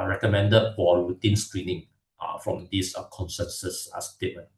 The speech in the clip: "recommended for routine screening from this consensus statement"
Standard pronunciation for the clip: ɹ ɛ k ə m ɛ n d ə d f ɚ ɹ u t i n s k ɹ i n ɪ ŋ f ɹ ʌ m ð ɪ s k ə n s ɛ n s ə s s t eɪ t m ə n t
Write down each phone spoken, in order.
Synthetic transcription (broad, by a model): ɹ ɛ k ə m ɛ n d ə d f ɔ w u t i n s k ɹ i n ɪ ŋ f ɹ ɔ m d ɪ s k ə n s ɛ n s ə s s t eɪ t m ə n